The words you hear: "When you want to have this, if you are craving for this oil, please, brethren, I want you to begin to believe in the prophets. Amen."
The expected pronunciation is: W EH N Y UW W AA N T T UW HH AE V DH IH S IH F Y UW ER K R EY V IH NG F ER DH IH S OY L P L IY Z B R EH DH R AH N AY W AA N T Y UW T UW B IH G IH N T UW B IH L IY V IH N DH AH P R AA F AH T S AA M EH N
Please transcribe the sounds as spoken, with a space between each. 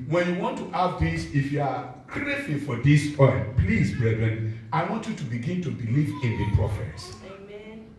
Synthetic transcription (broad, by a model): W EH N Y UW W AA N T T UW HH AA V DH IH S IH F Y UW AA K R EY F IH F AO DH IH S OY N P L IY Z B R EH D R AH N AY W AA N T Y UW T UW B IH G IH N T UW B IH L IY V IH N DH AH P R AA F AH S